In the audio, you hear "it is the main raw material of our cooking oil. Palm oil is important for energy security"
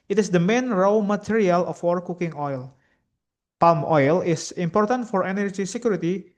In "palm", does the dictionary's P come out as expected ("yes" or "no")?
yes